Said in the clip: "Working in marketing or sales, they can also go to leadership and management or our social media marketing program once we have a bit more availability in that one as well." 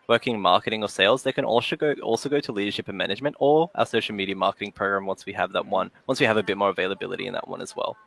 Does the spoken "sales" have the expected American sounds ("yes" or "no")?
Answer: yes